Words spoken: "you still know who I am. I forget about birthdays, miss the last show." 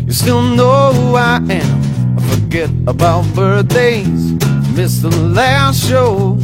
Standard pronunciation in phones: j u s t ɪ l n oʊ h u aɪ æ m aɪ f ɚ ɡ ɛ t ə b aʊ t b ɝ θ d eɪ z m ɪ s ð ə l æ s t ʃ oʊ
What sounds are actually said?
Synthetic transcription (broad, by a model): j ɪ s t ɪ l n oʊ h u aɪ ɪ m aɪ f ɚ ɡ ɛ t ə b aʊ t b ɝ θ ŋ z m ɪ s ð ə l æ s t ʃ oʊ